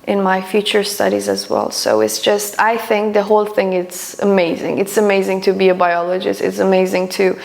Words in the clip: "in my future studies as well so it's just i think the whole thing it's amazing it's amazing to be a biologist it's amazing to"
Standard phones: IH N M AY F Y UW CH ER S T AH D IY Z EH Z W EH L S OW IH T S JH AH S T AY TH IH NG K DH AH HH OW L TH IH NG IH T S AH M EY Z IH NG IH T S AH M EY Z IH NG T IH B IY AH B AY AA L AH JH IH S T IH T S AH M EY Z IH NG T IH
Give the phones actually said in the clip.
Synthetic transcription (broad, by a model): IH N M AY F Y UW CH ER S T AH D IY Z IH Z W EH L S OW IH T S JH AH S T AY TH IH NG K DH AH HH OW L TH IH NG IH T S AH M EY Z IH NG IH T S AH M EY Z IH NG T IH B IY AH B AY AA L AH JH IH S T IH T S AH M EY Z IH NG T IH